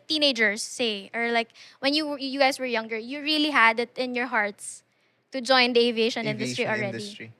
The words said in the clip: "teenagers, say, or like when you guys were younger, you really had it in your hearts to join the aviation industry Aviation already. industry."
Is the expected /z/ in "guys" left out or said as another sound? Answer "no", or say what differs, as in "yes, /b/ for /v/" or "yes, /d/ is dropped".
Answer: yes, /s/ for /z/